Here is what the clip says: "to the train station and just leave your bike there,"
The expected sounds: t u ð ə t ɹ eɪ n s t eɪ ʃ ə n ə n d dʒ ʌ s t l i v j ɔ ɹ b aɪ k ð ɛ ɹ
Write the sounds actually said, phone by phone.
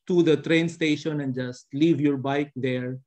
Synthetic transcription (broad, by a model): t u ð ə t ɹ eɪ n s t eɪ ʃ ə n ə n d dʒ ʌ s t l i v j ɔ ɹ b aɪ k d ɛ ɹ